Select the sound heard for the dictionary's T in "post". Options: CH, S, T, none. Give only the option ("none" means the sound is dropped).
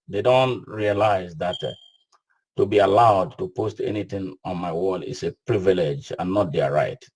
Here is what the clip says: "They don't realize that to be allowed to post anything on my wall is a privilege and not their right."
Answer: T